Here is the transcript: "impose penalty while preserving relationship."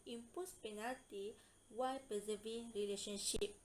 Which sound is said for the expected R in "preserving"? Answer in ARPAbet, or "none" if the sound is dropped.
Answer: none